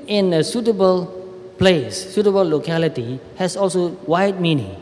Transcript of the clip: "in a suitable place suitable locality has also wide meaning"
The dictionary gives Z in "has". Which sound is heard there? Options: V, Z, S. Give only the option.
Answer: S